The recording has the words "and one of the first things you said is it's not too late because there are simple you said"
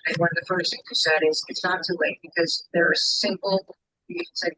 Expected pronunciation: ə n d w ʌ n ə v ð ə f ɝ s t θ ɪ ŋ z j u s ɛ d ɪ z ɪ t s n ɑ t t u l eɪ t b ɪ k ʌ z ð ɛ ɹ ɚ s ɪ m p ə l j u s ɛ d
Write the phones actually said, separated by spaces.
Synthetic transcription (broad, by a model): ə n w ʌ n ə v ð ə f ɝ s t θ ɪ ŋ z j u s ɛ d ɪ z ɪ t s n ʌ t t u l eɪ t b ɪ k ʌ z ð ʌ ɹ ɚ s ɪ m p l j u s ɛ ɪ